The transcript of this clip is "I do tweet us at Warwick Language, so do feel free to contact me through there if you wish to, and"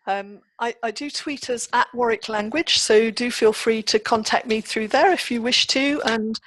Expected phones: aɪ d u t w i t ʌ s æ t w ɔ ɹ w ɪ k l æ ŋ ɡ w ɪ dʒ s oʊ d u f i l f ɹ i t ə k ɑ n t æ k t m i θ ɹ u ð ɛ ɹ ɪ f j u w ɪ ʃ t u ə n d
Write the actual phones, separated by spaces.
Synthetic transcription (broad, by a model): aɪ d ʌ t w i t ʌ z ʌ t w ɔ ɹ ɪ k l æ ŋ ɡ w ɪ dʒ s oʊ d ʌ f i l f ɹ i t ə k ɑ n t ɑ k t m i θ ɹ u ð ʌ ɹ ɪ f j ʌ w ɪ ʃ t u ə n